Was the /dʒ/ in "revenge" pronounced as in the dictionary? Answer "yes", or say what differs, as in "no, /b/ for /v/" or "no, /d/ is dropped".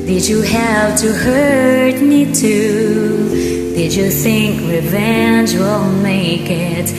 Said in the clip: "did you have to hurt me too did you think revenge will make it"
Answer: yes